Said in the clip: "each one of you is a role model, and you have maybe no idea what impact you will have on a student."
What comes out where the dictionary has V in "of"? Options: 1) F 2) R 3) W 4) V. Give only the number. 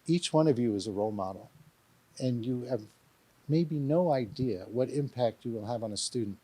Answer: 4